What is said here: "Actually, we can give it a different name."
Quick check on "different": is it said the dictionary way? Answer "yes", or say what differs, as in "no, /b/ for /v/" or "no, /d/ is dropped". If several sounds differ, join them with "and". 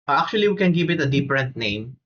no, /p/ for /f/